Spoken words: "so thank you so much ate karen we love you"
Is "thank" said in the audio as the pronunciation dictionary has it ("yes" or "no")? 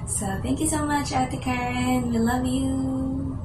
yes